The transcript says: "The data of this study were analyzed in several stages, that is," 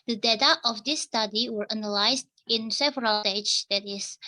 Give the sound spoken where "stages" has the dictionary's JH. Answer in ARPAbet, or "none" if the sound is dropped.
none